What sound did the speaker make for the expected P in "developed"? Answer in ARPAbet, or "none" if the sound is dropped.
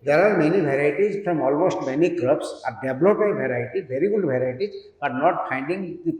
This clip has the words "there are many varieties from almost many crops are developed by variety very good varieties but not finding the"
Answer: none